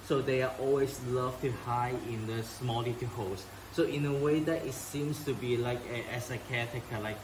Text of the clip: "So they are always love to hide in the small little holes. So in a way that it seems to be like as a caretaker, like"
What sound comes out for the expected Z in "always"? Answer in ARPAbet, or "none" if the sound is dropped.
S